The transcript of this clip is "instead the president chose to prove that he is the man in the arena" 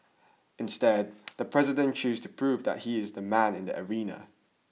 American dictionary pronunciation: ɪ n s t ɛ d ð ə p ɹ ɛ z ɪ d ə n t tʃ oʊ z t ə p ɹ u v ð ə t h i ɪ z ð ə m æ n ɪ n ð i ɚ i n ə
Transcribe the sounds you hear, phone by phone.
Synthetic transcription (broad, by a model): ɪ n s t ɛ d ð ə p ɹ ɛ z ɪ d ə n tʃ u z t ə p ɹ u v ð ə t h i ɪ z ð ə m æ n ɪ n ð i ɚ i n ə